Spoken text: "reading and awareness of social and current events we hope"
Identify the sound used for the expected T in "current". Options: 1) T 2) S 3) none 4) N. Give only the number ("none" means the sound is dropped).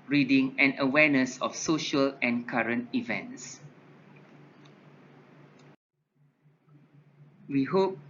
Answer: 1